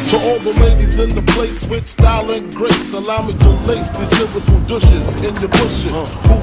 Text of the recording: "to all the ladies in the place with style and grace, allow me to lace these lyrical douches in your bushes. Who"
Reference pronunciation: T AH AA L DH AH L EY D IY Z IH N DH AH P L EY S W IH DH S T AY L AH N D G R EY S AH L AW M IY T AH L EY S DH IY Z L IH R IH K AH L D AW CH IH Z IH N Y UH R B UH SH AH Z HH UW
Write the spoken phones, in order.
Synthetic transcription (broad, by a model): T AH AA L DH AH L EY D IY Z IH N DH AH P L EY S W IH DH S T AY L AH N G R EY S AH L AW M IY T AH L EY S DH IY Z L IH R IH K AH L D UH SH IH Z IH N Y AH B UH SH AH HH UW